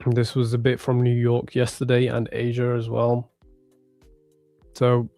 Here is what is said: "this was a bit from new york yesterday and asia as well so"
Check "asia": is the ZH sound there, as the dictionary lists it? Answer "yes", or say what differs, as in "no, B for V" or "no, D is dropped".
yes